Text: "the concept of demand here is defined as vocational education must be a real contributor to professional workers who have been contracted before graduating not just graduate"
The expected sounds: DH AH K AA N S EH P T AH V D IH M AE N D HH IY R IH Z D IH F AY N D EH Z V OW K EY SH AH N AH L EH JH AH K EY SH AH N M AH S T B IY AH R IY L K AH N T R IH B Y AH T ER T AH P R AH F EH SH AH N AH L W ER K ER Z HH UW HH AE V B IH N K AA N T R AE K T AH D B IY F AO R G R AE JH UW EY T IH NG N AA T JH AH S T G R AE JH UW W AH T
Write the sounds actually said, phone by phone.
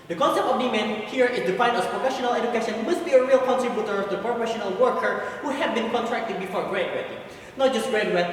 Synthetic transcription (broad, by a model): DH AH K AA N S EH P T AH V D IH M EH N HH IY R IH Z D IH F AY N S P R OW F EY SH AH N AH L EH JH AH K EY SH AH N M AH S T B IY AH R IY L K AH N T R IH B Y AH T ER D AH P R AH F EH SH AH N AH L W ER K ER HH UW HH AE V B IH N K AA N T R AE K T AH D B IY F AO R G R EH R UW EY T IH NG N AA T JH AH S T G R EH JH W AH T